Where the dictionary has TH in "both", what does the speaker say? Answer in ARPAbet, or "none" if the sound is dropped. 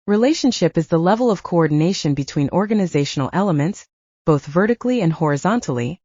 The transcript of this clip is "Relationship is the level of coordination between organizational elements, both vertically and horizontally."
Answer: TH